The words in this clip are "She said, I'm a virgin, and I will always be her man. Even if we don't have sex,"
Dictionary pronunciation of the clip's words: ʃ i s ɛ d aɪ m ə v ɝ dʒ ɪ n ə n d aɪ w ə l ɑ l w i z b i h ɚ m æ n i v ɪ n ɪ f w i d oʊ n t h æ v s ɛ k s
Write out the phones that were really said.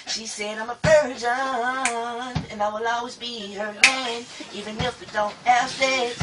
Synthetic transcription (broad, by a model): ʃ i s ɛ d aɪ m ə p ɝ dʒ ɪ n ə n aɪ w ə l ɑ l w i z b i h ɚ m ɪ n i v ɪ n ɪ f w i d oʊ n t h æ v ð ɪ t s